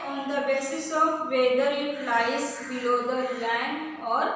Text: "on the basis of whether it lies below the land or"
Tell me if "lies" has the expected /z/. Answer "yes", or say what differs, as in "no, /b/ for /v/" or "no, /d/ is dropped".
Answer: no, /s/ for /z/